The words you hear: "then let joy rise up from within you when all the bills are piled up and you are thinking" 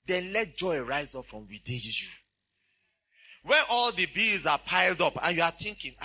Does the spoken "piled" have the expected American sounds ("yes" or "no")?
yes